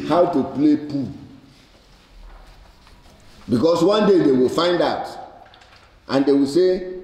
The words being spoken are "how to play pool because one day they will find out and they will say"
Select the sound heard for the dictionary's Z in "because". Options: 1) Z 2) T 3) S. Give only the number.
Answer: 3